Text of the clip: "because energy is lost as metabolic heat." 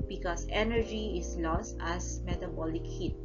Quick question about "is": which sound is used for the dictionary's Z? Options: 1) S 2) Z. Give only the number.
1